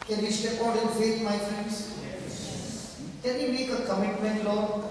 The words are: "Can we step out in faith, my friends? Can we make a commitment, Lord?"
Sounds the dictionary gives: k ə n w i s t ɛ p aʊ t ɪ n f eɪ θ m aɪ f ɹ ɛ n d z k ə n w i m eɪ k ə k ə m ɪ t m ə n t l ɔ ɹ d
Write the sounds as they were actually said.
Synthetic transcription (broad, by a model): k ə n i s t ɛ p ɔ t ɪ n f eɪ s m aɪ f ɹ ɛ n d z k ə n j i m eɪ k ə k ə m ɪ t m ə n t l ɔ